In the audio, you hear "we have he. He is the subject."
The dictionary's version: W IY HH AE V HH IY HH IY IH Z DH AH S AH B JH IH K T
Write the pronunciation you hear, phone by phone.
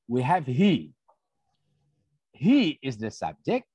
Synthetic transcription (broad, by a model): W IY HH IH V HH IY HH IY IH Z DH AH S AH B JH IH K T